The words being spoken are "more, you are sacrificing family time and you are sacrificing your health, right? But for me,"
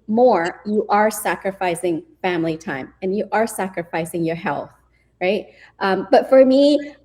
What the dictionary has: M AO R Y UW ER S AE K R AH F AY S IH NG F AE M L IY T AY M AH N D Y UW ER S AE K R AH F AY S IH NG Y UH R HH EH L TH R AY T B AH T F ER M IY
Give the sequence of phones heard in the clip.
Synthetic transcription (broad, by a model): M AO R Y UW ER S AE K R AH F AY S IH NG F AE M L IY T AY M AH N Y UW ER S AE K R AH F AY S IH NG Y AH R HH EH L TH R AY T B AH T F ER M IY